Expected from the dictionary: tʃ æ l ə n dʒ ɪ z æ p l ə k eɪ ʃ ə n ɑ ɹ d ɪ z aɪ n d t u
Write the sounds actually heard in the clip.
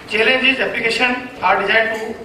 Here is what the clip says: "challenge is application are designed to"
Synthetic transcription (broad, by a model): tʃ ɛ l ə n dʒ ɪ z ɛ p l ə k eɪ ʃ ə n ɑ ɹ d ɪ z aɪ d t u